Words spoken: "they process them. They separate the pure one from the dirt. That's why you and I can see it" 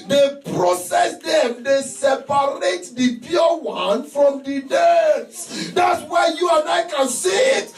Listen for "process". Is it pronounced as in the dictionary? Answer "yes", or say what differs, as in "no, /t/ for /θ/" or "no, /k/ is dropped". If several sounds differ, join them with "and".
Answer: yes